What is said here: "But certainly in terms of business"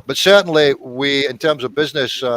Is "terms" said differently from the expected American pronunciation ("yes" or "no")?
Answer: no